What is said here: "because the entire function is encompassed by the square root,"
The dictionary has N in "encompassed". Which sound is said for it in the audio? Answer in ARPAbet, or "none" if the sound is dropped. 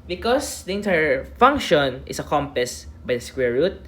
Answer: none